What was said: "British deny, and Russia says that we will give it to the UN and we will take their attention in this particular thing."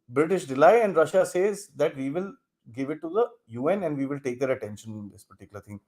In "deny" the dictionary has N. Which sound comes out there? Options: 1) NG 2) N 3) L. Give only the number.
3